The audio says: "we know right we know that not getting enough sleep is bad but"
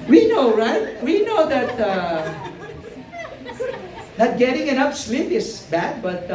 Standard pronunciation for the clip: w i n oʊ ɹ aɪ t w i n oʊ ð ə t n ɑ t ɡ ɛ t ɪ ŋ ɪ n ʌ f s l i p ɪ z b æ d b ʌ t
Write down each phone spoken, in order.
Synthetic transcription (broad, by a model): w i n oʊ ɹ aɪ t w i n oʊ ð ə t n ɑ t ɡ ɛ t ɪ ŋ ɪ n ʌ p s l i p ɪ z b æ d b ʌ t